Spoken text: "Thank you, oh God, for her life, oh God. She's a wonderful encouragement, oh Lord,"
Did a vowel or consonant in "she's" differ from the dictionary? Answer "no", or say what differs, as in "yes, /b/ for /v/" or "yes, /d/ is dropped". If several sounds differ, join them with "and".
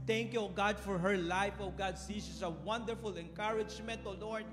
yes, /s/ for /ʃ/